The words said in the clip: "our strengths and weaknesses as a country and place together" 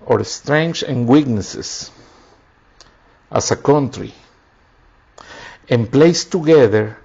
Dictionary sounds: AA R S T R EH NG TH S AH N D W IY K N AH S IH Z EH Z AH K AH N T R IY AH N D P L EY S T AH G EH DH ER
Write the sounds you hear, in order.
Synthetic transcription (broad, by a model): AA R S T R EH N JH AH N W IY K N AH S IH S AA S AH K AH N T R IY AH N P L EY S T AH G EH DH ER